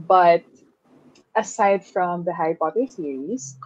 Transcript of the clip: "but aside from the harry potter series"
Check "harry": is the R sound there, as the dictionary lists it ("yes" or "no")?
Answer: no